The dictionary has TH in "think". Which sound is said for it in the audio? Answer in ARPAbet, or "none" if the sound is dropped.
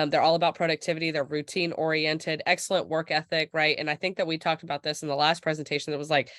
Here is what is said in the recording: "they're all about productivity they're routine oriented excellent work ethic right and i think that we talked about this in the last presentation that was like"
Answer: TH